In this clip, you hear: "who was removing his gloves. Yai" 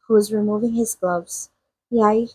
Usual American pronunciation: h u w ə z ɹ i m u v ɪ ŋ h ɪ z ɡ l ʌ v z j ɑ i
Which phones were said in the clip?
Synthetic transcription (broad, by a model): h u w ə z ɹ i m u v ɪ ŋ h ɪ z ɡ l ʌ v z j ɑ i